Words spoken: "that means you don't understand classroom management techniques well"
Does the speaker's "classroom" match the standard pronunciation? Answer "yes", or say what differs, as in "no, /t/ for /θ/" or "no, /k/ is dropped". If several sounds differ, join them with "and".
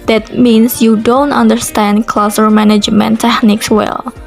no, /ɹ/ is dropped